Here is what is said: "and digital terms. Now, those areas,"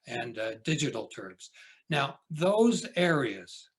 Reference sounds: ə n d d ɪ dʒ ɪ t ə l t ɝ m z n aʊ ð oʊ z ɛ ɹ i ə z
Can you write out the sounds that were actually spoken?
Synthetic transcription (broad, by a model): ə n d d ɪ dʒ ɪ t l t ɝ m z n aʊ ð oʊ z ɛ ɹ i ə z